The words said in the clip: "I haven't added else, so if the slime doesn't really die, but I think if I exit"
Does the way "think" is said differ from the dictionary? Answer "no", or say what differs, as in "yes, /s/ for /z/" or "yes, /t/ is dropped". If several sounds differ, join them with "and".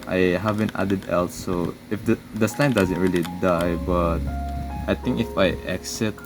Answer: yes, /t/ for /θ/